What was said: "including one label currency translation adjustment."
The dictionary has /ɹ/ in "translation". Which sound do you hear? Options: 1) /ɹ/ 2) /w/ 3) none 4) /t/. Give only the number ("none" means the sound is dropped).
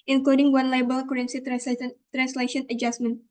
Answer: 1